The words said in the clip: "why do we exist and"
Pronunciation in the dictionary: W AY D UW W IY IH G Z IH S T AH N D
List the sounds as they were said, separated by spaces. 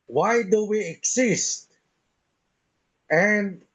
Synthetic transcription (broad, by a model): W AY D UW W IY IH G S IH S T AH N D